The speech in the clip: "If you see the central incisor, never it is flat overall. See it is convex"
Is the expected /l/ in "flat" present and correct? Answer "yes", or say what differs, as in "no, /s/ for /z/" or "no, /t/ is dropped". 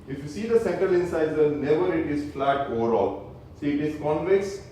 yes